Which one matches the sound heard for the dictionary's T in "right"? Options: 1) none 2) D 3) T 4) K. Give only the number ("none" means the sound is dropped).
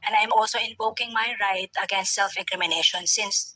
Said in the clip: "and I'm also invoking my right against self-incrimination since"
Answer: 3